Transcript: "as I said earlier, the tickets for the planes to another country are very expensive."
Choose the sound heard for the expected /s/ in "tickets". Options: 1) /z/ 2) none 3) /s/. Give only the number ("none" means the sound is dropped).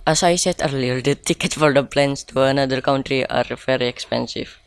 2